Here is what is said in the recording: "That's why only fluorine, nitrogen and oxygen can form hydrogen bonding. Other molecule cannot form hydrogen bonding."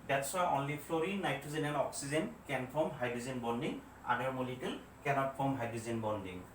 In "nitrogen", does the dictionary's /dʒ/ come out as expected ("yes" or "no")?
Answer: no